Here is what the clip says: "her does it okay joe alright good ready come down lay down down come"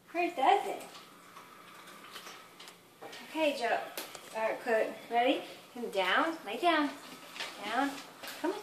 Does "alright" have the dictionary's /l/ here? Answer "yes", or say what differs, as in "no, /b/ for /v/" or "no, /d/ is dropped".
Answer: no, /l/ is dropped